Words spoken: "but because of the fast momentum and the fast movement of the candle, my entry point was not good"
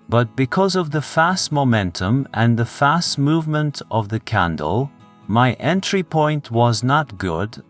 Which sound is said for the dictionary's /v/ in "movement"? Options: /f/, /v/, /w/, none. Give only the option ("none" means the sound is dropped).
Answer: /v/